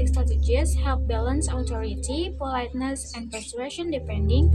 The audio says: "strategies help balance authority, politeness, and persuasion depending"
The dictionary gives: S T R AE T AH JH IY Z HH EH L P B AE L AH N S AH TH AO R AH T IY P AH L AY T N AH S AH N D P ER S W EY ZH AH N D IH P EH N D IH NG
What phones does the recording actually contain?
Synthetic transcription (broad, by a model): S T R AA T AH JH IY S HH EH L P B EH L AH N S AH T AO R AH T IY P AH L AY T N AH S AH N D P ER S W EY SH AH N D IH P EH N D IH NG